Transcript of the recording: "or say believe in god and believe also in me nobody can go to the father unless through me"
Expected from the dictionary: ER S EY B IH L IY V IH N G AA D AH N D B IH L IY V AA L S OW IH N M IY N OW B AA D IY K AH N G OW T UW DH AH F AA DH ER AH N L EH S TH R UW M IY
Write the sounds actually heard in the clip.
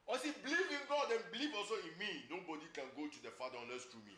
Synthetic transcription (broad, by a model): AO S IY B L IY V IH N G AA D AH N B L IY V AA L S OW IH N M IY N OW B AA D IY K AH N G OW T UW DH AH F AA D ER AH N EH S T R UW M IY